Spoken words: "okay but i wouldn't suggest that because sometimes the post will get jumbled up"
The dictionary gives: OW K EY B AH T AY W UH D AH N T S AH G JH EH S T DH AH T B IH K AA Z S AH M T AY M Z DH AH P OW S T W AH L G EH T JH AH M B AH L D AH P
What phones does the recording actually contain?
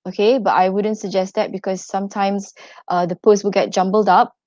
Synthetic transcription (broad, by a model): OW K EY B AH T AY W UH D AH N T S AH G JH EH S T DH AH T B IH K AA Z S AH M T AY M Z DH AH P OW S T W AH L G EH T JH AH M B AH L D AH P